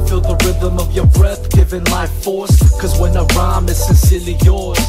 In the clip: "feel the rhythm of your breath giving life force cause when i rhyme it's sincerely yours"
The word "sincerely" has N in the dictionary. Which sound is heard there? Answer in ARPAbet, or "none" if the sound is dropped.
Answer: N